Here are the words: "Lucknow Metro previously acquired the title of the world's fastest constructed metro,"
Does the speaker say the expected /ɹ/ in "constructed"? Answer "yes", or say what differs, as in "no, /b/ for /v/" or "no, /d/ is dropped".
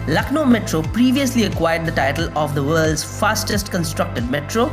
yes